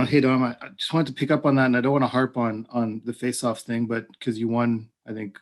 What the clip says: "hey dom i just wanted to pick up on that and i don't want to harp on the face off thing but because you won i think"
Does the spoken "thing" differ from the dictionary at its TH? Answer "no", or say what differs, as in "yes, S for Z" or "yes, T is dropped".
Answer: no